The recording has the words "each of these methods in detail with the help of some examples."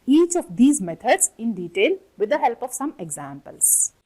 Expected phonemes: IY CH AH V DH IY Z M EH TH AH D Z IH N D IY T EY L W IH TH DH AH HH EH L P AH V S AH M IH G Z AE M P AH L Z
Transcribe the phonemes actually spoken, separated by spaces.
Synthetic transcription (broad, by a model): IY CH AH V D IY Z M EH T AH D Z IH N D IY T EY L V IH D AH HH EH L P AH V S AH M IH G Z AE M P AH L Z